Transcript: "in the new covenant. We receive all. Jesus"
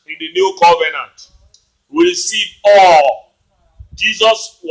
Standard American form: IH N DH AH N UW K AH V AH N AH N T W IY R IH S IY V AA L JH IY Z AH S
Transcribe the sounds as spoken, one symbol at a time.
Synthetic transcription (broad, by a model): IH N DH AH N UW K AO V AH N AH N T W IY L S IY P AA L JH IY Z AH S